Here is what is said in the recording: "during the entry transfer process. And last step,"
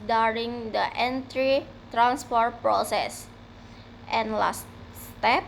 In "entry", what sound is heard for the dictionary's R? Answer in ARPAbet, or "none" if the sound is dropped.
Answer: R